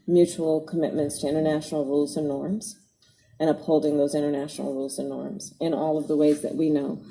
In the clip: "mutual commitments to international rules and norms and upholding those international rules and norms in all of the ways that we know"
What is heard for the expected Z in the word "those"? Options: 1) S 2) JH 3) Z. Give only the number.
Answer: 3